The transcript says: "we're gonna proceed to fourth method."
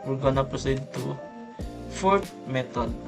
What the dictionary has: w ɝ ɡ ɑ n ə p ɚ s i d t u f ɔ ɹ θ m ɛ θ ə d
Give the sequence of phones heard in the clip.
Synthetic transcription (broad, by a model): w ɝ ɡ ɑ n ə p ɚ s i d t u f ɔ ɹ t m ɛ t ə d